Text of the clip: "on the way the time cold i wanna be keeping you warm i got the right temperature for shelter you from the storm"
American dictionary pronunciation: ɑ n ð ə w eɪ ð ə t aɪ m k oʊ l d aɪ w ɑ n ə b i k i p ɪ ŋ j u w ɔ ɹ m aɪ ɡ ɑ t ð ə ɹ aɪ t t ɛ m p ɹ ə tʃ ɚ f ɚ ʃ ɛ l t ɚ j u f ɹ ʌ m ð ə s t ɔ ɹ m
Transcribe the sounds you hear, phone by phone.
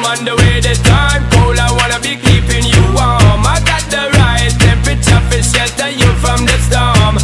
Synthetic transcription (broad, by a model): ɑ n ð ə w eɪ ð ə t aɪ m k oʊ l aɪ w ɑ n ə b i k i p ɪ ŋ j u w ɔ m aɪ ɡ ɑ t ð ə ɹ aɪ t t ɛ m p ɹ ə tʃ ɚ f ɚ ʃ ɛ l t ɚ j u f ɹ ʌ m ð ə s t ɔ m